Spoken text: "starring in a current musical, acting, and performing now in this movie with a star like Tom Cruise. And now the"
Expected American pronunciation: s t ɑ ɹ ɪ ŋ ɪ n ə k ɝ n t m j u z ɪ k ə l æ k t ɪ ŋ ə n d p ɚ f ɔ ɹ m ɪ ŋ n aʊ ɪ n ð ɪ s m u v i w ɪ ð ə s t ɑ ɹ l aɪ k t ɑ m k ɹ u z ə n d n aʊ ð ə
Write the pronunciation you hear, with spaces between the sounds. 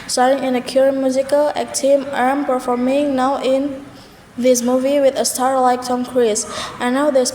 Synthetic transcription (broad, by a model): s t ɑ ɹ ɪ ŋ ɪ n ə k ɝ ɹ m j u z ɪ k ə l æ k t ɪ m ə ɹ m p ɚ f ɔ ɹ m ɪ ŋ n aʊ ɪ n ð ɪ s m u v i w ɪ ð ə s t ɑ ɹ l aɪ k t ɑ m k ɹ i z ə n n aʊ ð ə